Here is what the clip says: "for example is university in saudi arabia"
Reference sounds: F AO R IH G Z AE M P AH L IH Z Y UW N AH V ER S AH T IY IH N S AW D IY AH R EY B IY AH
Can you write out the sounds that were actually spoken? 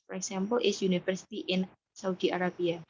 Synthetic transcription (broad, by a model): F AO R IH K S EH M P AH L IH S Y UW N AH F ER S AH T IY IH N S AW D IY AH R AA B IY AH